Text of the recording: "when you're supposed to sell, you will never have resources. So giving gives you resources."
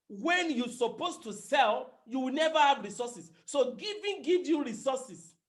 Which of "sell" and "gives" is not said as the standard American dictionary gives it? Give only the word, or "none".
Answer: gives